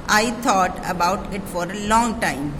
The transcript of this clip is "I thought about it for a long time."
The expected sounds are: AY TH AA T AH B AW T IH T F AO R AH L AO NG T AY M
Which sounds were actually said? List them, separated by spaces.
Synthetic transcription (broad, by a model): AY T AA T AH B AW T IH T F AO R AH L AO NG T AY M